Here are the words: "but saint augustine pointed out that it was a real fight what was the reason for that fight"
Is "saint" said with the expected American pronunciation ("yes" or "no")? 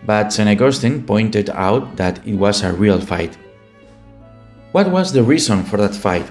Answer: no